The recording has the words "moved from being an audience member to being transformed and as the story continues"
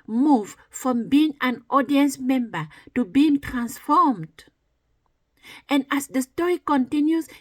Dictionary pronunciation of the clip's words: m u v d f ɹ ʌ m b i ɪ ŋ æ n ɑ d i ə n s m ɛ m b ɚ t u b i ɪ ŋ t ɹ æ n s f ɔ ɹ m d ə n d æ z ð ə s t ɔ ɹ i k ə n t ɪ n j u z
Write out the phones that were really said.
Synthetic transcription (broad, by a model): m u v f ɹ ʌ m b i ɪ ŋ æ n ɑ d i ə n s m ɛ m b ɚ t u b i ɪ ŋ t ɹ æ n s f ɔ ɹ m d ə n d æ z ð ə s t ɔ ɹ i k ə n t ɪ n j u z